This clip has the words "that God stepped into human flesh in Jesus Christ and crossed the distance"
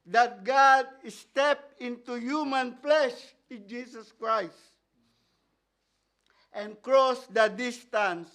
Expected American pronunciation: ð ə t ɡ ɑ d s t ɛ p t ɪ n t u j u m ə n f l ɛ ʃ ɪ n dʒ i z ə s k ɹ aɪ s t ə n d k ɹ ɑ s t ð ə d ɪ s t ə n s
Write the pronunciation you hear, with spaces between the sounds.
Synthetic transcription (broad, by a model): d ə t ɡ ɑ d s t ɛ p t ɪ n t u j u m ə n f l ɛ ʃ ɪ n dʒ i s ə s k ɹ aɪ s t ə n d k ɹ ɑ s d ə d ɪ s t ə n s